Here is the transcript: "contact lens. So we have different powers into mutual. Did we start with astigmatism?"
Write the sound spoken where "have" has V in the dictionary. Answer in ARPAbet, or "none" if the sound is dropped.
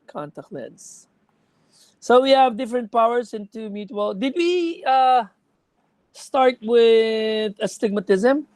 V